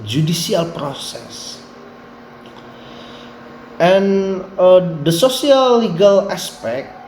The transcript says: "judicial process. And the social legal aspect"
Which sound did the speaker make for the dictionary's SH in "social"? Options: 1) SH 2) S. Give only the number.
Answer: 2